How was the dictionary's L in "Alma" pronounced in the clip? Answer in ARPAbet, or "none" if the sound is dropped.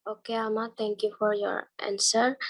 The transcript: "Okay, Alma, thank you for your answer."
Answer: none